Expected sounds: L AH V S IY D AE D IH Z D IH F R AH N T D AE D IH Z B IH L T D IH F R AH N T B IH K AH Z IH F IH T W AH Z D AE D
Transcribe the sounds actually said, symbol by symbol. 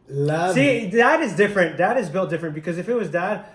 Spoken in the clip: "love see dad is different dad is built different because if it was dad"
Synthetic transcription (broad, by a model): L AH S IY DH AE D IH Z D IH F R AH N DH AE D IH Z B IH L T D IH F R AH N B IH K AH Z IH F IH T W AH Z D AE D